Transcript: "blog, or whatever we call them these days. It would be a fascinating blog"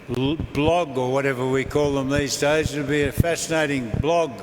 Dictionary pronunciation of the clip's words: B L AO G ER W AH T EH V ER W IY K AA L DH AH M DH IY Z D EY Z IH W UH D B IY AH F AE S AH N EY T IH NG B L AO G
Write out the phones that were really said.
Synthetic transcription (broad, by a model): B L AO G ER W AH T EH V ER W IY K AA L DH AH M DH IY Z D EY Z IH B IY AH F AE S AH N EY T IH NG B L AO G